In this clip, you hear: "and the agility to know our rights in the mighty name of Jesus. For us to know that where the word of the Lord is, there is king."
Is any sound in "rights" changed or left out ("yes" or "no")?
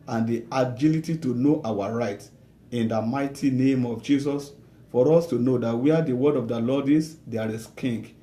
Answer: yes